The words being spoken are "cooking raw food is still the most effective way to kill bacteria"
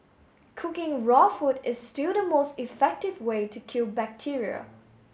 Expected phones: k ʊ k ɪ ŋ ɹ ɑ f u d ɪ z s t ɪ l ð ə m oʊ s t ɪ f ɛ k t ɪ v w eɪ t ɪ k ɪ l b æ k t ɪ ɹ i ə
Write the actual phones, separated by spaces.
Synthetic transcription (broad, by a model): k ʊ k ɪ ŋ ɹ ɑ f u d ɪ z s t ɪ l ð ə m oʊ s t ɪ f ɛ k t ɪ v w eɪ t ɪ k ɪ l b æ k t ɪ ɹ i ə